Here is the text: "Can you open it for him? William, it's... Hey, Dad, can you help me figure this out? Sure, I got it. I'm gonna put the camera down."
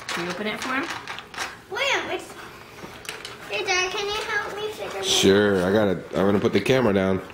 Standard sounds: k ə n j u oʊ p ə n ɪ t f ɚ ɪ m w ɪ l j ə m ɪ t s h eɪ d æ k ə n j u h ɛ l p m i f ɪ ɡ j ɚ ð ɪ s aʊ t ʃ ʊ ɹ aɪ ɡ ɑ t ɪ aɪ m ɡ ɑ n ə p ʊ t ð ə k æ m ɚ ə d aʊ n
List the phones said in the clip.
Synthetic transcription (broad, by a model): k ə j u oʊ p ə n ɪ t f ɚ ɪ m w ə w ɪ s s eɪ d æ k ə n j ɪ h ɛ l p m i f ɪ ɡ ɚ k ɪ ʃ ʊ ɹ aɪ ɡ ɑ t ɪ aɪ m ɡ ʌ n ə p ʊ t ð ə k æ m ɚ ə d aʊ n